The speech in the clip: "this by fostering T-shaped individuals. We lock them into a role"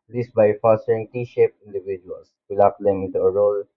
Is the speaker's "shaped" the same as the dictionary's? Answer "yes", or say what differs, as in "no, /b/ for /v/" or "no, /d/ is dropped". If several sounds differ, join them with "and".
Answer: no, /t/ is dropped